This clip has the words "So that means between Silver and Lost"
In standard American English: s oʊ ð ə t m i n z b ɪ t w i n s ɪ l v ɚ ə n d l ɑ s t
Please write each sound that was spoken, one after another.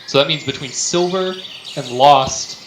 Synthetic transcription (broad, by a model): s oʊ ð ə t m i n z b ɪ t w i n s ɪ l v ɚ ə n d l ɑ s t